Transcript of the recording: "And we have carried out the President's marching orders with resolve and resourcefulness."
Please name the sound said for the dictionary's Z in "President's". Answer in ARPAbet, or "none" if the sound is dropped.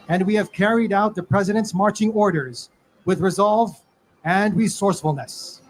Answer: Z